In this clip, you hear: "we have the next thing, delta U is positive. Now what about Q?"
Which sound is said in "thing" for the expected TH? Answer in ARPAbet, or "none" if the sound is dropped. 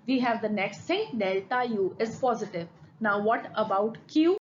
S